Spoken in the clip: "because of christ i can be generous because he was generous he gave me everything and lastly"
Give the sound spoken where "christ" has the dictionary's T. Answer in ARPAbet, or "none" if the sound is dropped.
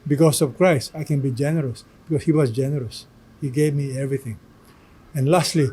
T